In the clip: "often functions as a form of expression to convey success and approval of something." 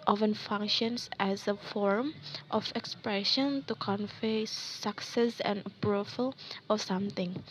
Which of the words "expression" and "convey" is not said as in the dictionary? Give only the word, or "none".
convey